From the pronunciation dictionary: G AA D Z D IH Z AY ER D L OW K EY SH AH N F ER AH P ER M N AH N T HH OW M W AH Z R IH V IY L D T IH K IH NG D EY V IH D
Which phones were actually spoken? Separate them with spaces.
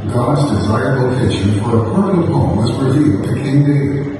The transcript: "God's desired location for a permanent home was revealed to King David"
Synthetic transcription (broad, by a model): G AA D Z D IH Z AY ER D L OW K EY SH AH N F ER AH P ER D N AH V HH OW M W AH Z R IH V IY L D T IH K IH NG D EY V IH